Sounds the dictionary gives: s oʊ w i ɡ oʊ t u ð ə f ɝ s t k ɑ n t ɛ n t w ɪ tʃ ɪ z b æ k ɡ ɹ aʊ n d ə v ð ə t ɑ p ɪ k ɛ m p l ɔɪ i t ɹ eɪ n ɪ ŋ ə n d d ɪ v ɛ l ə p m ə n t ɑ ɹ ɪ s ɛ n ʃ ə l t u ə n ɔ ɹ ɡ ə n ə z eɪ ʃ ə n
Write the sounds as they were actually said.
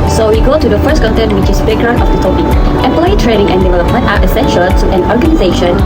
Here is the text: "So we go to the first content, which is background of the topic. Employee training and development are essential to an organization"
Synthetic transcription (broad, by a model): s oʊ w i ɡ oʊ t u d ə f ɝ s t k ɑ n t ɛ n t w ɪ tʃ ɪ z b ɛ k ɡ ɹ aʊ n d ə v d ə t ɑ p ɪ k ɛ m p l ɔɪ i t ɹ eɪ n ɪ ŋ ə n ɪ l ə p ə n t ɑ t ɪ s ɛ n ʃ ə l t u ə n ɔ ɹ ɡ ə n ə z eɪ ʃ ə n